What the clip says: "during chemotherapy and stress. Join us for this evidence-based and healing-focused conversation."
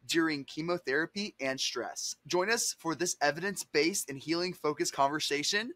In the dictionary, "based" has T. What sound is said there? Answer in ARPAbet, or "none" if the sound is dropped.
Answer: none